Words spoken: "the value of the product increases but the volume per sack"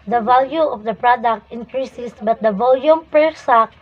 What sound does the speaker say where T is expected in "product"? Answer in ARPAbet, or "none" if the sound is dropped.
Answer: T